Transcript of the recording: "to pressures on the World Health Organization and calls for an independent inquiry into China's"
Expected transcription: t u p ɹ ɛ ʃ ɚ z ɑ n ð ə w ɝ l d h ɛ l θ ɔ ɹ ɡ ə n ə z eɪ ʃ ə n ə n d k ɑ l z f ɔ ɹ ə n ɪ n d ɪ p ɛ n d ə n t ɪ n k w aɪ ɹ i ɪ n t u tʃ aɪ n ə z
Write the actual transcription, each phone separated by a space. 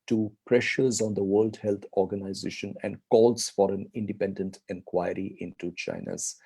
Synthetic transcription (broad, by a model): t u p ɹ ɛ ʃ ɚ z ɑ n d ə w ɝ l d h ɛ l t ɔ ɹ ɡ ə n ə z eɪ ʃ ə n ə n d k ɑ l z f ɔ ɹ ə n ɪ n d ɪ p ɛ n d ə n t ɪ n k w aɪ ɹ i ɪ n t u tʃ aɪ n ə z